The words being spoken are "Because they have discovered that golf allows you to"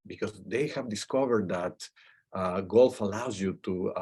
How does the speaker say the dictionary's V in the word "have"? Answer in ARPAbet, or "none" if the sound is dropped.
V